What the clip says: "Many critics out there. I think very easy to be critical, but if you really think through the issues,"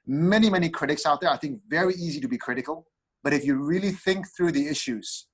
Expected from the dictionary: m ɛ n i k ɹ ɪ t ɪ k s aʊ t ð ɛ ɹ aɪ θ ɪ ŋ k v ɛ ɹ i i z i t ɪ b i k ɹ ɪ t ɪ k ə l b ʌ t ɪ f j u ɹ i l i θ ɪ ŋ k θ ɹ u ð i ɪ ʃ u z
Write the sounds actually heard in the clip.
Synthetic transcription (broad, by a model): m ɛ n i k ɹ ɪ t ɪ k s aʊ t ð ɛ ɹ aɪ θ ɪ ŋ k v ɛ ɹ i i z i t ɪ b i k ɹ ɪ t ɪ k ə l b ʌ t ɪ f j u ɹ i l i θ ɪ ŋ k θ ɹ u ð i ɪ ʃ u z